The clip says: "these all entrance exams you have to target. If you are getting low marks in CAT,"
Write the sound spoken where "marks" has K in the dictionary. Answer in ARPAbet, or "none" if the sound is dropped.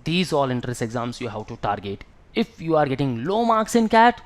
K